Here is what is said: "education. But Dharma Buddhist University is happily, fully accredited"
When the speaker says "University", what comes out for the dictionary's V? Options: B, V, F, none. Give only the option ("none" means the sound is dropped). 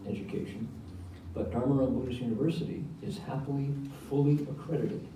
V